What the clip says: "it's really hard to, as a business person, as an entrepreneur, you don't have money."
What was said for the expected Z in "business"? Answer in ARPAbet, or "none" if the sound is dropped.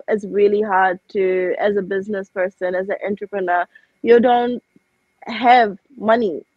Z